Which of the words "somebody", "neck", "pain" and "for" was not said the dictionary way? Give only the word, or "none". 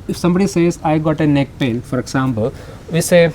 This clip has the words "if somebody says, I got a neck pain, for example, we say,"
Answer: pain